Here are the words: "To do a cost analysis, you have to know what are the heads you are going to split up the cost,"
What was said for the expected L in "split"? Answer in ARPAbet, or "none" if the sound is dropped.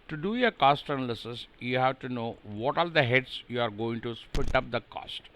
none